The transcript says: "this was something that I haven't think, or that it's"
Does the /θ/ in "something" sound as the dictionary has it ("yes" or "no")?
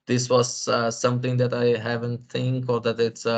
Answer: no